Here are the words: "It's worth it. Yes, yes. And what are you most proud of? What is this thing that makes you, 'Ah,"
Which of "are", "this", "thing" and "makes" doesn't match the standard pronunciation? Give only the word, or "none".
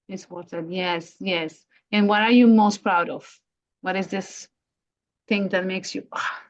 none